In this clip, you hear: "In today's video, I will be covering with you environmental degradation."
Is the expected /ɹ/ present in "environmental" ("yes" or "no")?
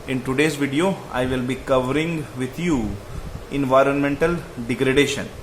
yes